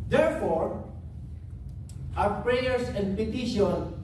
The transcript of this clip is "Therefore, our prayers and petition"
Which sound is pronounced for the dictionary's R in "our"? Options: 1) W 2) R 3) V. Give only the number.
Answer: 1